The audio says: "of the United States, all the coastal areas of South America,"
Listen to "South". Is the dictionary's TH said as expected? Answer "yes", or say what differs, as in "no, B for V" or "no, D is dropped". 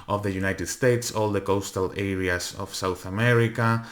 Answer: yes